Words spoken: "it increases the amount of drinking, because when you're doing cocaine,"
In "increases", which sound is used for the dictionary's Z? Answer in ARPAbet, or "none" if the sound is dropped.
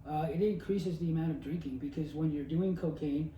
Z